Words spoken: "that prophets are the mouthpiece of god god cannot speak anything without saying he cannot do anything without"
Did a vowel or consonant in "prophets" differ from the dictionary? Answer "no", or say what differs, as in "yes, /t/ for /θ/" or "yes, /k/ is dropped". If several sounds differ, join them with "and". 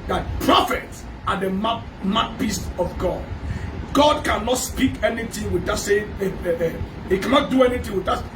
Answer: no